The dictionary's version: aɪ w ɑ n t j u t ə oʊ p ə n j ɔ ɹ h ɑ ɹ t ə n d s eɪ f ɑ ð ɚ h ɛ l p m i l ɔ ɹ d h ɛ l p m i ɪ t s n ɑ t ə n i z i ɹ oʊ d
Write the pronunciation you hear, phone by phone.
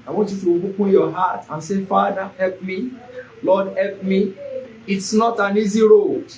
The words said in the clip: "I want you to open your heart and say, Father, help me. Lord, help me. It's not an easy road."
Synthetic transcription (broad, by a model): aɪ w ɑ n t j u t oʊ b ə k j ɔ h ɑ t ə n s eɪ f ɑ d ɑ h ɛ l p m i l ɔ d h ɛ l p m i ɪ t s n ɑ t ə n i z i ɹ oʊ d